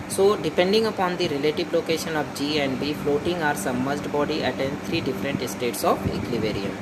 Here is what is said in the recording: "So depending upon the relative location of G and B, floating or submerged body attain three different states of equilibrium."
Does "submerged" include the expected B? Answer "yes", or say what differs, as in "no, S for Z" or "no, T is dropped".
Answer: no, B is dropped